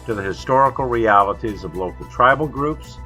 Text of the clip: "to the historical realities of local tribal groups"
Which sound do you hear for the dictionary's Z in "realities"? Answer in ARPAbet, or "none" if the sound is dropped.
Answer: Z